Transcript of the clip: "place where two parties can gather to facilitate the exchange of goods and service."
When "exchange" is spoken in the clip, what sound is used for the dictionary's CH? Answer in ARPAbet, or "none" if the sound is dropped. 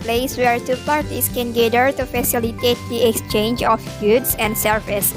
CH